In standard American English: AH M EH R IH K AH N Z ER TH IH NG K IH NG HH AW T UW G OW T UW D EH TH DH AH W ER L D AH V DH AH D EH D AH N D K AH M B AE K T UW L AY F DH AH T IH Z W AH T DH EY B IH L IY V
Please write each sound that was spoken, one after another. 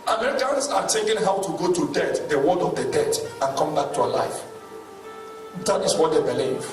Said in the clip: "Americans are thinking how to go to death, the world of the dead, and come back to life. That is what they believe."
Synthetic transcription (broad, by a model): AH M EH R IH K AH N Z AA T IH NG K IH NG HH AW T UW G OW T UW D EH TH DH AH W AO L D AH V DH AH D EH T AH N K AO M B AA K T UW L AY F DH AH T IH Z W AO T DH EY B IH L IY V